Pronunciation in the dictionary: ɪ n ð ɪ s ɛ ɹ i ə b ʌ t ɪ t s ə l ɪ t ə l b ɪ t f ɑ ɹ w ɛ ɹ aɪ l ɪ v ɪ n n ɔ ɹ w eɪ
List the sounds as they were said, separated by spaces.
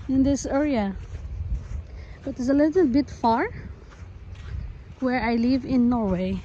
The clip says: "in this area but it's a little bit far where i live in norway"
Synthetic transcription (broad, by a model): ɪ n ð ɪ s ɛ ɹ i ə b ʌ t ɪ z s ə l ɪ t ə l b ɪ t f ɑ ɹ w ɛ ɹ aɪ l ɪ v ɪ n n ɔ ɹ w eɪ